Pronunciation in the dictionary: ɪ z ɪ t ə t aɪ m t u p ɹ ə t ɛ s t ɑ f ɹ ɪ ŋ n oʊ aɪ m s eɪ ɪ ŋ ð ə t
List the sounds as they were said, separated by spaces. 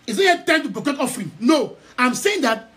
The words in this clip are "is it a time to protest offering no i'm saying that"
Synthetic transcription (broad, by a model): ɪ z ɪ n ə t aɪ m t u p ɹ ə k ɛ t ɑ f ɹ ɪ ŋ n oʊ aɪ m s eɪ ɪ ŋ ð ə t